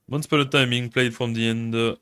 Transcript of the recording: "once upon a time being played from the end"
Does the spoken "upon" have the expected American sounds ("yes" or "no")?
no